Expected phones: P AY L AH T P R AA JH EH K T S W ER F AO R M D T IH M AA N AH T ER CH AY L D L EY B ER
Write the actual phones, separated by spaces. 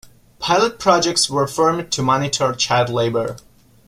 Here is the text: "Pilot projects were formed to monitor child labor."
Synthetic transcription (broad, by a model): P AY L AH T P R AA JH EH K T S W ER F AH R M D T IH M AA N AH T ER CH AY D L EY B ER